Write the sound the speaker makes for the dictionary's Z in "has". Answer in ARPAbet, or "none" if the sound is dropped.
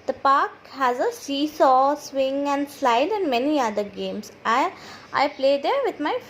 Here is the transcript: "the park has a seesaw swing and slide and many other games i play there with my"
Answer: Z